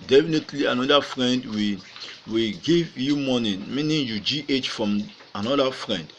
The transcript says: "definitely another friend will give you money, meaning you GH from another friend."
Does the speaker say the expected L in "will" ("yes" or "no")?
no